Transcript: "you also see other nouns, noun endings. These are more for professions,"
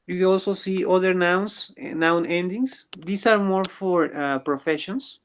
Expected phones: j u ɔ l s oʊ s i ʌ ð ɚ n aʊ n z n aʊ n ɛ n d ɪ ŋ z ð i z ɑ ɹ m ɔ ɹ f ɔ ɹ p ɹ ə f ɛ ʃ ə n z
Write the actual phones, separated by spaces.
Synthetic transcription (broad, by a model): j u ɔ l s oʊ s i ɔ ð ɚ n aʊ n s n aʊ n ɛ n d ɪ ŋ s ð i s ɑ ɹ m ɔ ɹ f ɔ ɹ p ɹ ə f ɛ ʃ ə n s